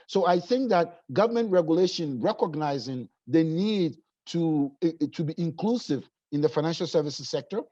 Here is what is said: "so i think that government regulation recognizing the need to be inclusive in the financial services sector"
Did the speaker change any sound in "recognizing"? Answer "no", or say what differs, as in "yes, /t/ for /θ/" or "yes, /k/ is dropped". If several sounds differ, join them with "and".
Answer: no